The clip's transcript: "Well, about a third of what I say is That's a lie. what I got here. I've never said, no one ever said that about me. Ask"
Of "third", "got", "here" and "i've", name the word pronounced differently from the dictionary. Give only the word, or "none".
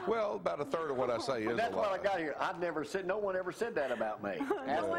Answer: none